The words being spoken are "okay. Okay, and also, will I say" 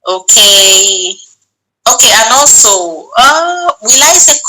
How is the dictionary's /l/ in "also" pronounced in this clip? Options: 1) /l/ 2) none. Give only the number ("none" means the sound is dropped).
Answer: 2